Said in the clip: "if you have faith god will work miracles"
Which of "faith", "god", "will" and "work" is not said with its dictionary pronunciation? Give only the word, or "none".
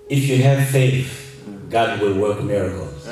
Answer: faith